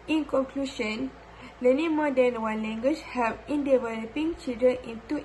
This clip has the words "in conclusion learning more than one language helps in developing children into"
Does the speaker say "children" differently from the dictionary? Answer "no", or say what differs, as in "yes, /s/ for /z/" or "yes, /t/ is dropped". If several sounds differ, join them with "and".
yes, /ɹ/ is dropped